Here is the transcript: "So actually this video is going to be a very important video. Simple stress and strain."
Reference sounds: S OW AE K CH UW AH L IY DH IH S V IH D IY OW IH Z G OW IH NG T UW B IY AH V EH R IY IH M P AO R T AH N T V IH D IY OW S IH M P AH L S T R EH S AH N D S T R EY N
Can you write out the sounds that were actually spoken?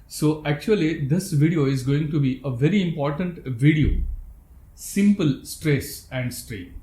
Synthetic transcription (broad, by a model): S OW AE K CH UW AH L IY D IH S V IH D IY OW IH Z G OW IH NG T UW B IY AH V EH R IY IH M P AO R T AH N T V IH D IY OW S IH M P AH L S T R EH S AH N D S T R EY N